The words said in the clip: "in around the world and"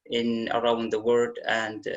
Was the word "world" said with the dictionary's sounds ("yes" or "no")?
no